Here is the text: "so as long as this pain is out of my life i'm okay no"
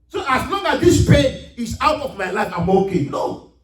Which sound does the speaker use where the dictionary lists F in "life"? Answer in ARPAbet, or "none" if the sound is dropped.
F